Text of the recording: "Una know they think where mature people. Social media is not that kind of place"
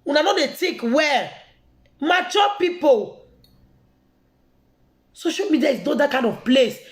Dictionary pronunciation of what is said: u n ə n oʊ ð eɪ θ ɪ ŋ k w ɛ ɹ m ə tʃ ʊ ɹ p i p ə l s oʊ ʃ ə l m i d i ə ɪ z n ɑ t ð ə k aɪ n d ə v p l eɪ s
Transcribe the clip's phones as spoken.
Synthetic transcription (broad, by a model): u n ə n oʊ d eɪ t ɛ k w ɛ m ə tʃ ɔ p i p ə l s oʊ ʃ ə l m i d i ə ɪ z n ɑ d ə k aɪ n d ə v p l eɪ s